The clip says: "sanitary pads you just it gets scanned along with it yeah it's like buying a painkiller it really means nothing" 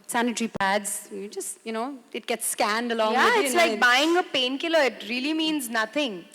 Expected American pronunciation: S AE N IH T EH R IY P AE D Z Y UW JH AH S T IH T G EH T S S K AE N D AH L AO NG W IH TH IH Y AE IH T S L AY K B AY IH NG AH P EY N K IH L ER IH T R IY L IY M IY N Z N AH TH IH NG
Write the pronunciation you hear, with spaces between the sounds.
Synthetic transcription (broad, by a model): S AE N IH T R IY P AE D Z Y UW JH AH S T IH T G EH T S S K AE N D AH L AO NG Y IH IH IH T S L AY K B AY IH NG AH P EY N K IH L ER IH T R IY L IY M IY N Z N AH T IH NG